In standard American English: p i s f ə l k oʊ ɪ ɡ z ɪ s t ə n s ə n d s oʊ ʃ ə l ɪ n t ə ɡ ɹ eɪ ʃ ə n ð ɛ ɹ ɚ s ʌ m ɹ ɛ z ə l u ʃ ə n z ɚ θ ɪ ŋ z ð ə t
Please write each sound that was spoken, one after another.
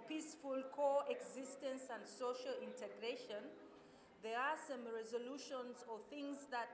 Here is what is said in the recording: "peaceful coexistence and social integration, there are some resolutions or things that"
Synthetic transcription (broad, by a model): p i s f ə l k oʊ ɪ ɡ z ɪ s t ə n s ə n d s oʊ ʃ ə l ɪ n t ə ɡ ɹ eɪ ʃ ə n ð ɛ ɹ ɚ s ʌ m ɹ ɛ z ə l u ʃ ə n z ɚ θ ɪ ŋ z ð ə t